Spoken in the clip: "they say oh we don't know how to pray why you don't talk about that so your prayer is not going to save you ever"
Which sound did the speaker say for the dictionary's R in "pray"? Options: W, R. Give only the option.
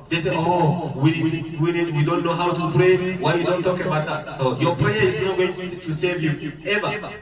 R